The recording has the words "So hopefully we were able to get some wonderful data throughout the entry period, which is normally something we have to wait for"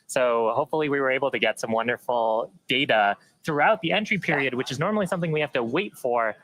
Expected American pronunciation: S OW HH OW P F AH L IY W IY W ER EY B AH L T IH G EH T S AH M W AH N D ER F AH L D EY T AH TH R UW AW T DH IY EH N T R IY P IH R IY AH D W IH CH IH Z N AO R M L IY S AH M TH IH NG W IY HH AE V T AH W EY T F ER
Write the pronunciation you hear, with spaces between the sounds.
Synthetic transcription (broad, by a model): S OW HH OW P F L IY W IY W ER EY B L T IH G EH T S AH M W AH N D ER F L D EY T AH TH R UW AW T DH IY EH N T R IY P IH R IY AH D W IH CH IH Z N AO R M L IY S AH M TH IH NG W IY HH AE F T AH W EY T F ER